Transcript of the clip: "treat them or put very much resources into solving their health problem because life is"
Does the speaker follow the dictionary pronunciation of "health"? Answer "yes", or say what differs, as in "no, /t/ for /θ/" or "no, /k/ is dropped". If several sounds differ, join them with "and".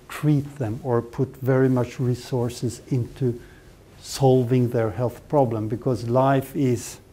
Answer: yes